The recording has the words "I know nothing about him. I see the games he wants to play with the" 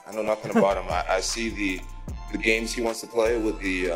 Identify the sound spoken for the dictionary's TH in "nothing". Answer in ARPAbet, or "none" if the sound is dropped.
TH